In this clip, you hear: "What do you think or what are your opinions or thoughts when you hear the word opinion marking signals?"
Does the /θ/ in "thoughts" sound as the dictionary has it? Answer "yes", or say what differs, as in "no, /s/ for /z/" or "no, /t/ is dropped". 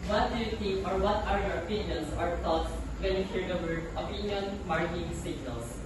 no, /t/ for /θ/